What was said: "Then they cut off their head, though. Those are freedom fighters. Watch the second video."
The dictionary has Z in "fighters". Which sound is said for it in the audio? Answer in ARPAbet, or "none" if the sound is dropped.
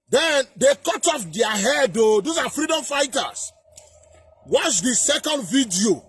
S